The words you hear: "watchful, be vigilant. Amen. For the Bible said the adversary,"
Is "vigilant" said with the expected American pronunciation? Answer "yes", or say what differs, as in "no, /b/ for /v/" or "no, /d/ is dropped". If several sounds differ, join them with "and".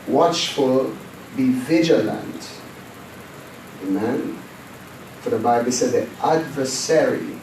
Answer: yes